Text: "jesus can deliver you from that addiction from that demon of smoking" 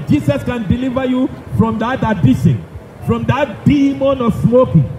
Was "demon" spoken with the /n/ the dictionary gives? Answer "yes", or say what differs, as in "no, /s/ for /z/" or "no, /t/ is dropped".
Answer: yes